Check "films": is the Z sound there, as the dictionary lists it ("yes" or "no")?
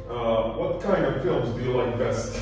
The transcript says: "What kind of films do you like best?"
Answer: yes